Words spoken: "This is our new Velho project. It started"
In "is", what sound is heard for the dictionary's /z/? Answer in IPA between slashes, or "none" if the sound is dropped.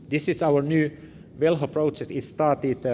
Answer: /s/